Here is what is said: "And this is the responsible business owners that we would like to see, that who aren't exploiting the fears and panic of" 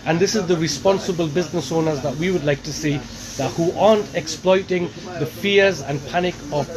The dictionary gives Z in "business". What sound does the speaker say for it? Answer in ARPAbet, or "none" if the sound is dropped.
Z